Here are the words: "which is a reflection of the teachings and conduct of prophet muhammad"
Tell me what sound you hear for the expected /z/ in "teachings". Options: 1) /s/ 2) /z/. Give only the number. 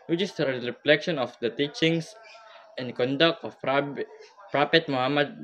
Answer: 1